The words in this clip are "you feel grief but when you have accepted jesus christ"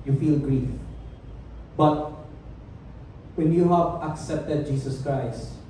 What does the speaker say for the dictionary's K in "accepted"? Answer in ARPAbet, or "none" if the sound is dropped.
K